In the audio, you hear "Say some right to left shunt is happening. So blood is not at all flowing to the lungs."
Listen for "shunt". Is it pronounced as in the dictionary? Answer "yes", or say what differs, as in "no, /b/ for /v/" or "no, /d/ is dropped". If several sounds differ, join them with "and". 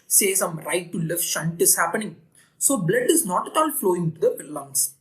yes